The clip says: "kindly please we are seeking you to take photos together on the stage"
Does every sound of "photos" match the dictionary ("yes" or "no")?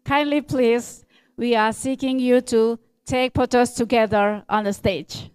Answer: no